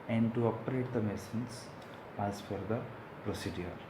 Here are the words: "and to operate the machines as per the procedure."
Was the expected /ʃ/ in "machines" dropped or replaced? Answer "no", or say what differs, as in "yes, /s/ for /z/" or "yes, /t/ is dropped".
yes, /s/ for /ʃ/